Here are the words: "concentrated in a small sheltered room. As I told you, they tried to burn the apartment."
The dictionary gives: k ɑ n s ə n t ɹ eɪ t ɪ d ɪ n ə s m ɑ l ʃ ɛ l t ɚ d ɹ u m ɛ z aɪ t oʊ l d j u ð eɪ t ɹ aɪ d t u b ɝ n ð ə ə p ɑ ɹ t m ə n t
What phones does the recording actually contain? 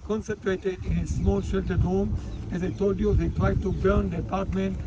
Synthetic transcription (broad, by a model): k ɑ n s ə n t ɹ eɪ t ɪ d ɪ n ə s m ɑ l ʃ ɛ l t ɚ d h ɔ m ɛ z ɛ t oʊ d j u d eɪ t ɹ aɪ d t u b ɝ n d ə p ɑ ɹ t m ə n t